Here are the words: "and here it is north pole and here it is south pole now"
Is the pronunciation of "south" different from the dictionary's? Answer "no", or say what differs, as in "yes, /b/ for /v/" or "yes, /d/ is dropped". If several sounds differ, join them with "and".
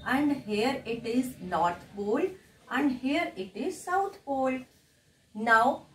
yes, /t/ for /θ/